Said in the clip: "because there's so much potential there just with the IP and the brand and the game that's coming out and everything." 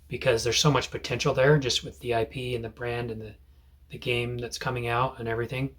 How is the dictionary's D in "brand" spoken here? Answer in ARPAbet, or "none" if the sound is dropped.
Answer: D